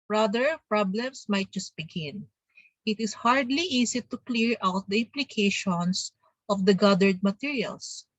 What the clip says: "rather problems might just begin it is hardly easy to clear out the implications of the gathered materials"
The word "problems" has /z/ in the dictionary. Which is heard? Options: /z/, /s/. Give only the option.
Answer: /s/